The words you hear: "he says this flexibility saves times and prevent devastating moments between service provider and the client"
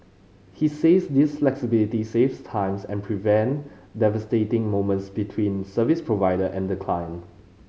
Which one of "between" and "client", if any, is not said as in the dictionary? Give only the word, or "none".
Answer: client